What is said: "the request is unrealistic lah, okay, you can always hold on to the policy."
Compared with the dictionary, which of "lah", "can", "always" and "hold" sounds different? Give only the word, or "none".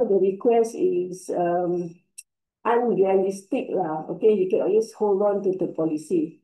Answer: always